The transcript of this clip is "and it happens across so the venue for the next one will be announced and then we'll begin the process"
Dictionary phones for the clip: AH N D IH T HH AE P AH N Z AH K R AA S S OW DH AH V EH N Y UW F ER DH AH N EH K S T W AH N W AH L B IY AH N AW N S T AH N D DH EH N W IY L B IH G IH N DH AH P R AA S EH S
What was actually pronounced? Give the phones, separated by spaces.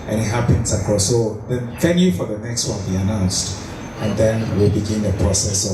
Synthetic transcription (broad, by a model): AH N IH T HH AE P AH N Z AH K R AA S S OW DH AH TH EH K Y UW F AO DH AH N EH K S T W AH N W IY AH N AW N S T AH N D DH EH N W IY L B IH G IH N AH P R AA S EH S